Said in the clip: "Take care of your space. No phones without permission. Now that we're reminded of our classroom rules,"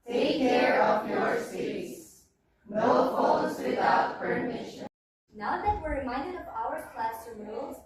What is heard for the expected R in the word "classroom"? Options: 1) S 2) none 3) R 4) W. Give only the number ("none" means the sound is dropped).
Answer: 2